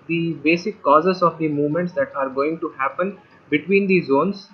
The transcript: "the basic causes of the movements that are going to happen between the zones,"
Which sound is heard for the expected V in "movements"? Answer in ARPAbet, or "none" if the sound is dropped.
V